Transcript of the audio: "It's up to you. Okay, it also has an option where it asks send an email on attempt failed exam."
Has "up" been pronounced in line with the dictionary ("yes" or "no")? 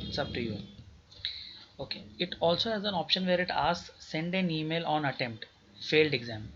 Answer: no